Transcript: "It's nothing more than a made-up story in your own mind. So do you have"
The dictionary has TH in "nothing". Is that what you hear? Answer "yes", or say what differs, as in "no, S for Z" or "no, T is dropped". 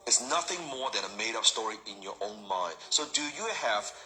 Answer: yes